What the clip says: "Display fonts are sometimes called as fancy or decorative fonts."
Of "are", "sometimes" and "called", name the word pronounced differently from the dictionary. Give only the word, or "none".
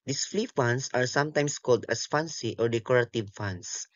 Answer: sometimes